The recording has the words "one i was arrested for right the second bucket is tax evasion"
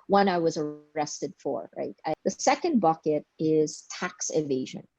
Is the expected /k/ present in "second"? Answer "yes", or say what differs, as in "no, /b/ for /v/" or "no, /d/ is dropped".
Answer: yes